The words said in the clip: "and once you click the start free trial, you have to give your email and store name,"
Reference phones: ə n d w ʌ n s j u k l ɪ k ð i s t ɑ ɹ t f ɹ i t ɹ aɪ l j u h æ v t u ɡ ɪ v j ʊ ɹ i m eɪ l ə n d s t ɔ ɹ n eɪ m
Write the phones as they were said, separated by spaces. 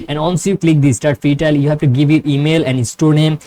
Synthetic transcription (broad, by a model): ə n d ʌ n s j u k l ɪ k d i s t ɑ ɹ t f i t aɪ l j u h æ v t u ɡ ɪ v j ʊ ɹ i m eɪ l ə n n s t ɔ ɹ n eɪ m